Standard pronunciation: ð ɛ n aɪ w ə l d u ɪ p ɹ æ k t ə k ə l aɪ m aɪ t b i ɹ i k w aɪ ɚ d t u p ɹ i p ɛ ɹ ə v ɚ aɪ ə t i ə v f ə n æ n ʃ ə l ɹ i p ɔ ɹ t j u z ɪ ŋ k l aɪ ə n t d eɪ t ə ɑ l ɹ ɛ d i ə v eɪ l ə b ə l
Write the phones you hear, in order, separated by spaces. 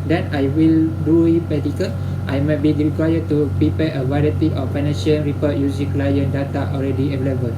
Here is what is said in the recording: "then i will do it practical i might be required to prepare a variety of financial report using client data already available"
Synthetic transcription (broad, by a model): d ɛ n aɪ w ə l d u ɪ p ɛ t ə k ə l aɪ m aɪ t b i ɹ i k w aɪ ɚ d t u p ɹ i p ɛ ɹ ə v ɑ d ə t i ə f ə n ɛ ʃ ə n ɹ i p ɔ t j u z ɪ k l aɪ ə n d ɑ t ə ɑ l ɹ ɛ d i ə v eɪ l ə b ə l